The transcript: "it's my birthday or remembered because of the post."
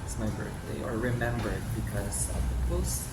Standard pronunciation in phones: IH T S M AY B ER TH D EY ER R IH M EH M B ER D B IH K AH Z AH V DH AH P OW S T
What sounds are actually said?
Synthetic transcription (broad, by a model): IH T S M AY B ER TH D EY ER R IH M EH M B ER D B IH K AH Z AH V DH AH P OW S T